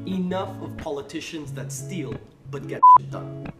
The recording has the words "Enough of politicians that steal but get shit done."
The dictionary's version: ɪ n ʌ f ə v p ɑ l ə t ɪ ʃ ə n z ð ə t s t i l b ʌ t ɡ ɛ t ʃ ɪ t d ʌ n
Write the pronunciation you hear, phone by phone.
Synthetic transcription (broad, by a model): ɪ n ʌ f ə v p ɑ l ə t ɪ ʃ ə n z ð ə t s t i l b ʌ t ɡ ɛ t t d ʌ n